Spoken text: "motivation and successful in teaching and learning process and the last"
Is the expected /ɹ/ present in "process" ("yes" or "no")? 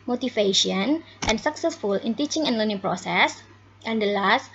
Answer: yes